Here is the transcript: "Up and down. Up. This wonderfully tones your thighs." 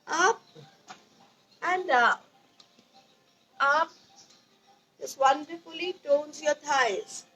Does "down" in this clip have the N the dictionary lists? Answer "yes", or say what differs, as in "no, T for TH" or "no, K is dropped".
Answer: no, N is dropped